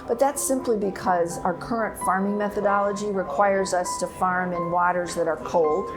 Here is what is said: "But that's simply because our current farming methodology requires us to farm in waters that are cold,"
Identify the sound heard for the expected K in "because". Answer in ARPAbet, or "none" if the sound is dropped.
K